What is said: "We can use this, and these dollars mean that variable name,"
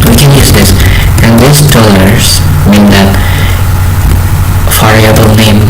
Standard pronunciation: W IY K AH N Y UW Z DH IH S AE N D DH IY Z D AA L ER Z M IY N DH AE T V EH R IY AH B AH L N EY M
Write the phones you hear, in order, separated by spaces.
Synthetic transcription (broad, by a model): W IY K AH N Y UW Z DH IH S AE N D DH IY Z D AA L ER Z M IY N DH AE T F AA R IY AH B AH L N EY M